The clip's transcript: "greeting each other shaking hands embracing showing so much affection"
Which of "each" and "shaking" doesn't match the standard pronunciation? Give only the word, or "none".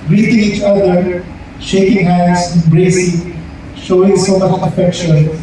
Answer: none